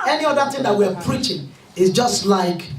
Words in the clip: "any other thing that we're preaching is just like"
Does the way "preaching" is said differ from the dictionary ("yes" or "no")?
no